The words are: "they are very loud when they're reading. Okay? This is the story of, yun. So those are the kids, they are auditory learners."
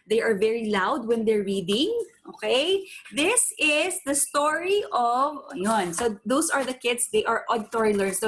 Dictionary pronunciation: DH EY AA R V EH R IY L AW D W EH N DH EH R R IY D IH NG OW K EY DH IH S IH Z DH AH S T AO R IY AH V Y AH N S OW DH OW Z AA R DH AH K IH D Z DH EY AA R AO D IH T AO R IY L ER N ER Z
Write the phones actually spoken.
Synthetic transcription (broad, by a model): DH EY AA R V EH R IY L AW D W EH N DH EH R R IY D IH NG OW K EY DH IH S IH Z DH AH S T AO R IY AH V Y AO N S OW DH OW S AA R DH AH K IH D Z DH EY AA R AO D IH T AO R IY L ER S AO